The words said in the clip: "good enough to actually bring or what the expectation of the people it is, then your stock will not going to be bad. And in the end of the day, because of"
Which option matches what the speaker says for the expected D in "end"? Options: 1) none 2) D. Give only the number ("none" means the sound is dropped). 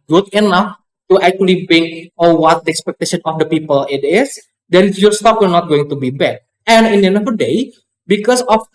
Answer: 1